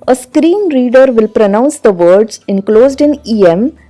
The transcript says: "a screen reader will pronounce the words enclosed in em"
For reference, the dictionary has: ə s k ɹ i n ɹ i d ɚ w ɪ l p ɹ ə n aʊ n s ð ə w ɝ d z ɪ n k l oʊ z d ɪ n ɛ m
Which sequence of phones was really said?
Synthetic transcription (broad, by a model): ə s k ɹ i n ɹ i d ɚ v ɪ l p ɹ ə n aʊ n s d ə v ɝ d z ɪ n k l oʊ z d ɪ n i m